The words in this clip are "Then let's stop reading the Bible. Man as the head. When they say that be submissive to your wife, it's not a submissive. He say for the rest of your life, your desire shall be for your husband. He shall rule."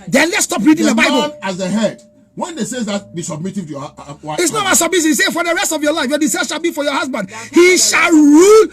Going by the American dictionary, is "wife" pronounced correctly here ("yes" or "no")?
no